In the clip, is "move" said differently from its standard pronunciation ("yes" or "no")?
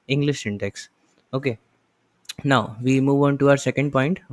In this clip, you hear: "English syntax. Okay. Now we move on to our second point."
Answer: no